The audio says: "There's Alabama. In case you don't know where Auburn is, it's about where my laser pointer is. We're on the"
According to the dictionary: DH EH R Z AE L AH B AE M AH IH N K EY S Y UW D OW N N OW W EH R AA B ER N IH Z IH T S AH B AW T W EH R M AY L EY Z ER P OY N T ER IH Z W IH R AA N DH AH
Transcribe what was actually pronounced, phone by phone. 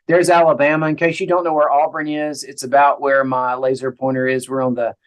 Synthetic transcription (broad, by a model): DH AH R Z AE L AH B AE M AH IH N K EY SH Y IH D OW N N OW W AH R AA B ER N IH Z IH T S AH B AW T W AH R M AY L EY Z ER P OY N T ER IH Z W IH R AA N DH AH